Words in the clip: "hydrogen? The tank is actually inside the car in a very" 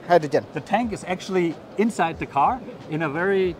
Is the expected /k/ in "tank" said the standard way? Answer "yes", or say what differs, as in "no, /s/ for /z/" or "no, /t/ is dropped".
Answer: yes